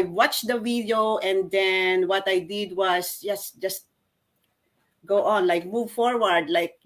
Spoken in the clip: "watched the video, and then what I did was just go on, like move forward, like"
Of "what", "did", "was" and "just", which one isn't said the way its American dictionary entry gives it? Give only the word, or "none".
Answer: was